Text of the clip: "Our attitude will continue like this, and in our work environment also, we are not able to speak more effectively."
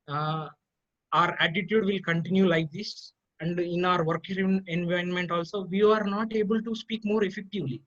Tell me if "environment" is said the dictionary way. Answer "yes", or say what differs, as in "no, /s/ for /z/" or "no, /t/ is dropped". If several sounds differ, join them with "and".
no, /ɹ/ is dropped